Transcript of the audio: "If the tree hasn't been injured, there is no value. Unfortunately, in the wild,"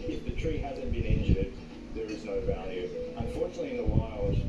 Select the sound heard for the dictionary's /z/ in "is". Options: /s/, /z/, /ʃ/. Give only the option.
/z/